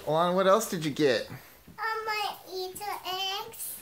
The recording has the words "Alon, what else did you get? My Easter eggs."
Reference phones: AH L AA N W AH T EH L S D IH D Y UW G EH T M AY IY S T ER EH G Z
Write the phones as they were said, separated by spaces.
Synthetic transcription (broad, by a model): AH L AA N W AH T EH L S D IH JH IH G EH T M AY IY T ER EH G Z